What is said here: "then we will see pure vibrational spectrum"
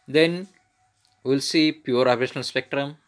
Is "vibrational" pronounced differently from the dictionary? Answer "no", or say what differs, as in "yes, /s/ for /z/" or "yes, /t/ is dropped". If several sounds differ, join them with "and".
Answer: yes, /p/ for /v/ and /b/ is dropped